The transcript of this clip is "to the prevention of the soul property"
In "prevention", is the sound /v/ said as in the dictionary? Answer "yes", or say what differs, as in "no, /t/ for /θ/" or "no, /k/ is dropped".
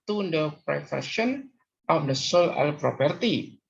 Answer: no, /f/ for /v/